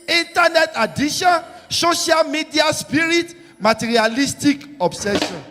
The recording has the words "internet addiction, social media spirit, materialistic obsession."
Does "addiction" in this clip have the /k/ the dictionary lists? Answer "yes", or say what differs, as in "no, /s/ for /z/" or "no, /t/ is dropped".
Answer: no, /k/ is dropped